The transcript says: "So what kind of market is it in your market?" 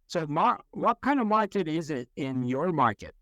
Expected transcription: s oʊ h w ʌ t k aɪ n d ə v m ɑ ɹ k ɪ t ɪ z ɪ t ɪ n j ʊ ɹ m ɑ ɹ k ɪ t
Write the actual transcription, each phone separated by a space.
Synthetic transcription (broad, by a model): s oʊ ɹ w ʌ t k aɪ n d ə v m ɑ ɹ k ɪ t ɪ z ɪ t ɪ n j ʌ ɹ m ɑ ɹ k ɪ t